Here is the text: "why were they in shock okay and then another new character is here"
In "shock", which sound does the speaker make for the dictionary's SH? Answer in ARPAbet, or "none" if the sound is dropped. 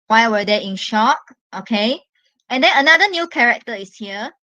SH